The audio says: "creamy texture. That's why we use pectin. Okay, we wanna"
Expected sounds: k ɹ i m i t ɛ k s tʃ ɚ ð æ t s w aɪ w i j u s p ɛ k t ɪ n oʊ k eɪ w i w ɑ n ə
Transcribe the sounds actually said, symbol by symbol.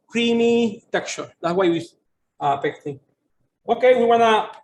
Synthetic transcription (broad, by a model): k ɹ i m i t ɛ k tʃ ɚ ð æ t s w aɪ w i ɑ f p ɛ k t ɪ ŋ oʊ k eɪ w i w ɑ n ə